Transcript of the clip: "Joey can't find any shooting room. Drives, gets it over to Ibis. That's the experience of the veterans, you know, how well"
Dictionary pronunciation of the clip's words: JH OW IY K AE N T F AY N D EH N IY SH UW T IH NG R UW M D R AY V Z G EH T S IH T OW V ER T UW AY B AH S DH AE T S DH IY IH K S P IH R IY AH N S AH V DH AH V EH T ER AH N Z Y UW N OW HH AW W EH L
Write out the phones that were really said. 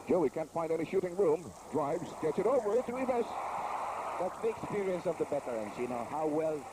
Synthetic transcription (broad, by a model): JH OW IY K AE N T F AY N D EH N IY SH UW T IH NG R UW M D R AY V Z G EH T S IH T OW V ER T UW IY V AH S DH AE T S DH IY IH K S P IH R IY AH N S AH V DH AH B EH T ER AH N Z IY N OW HH AW W EH L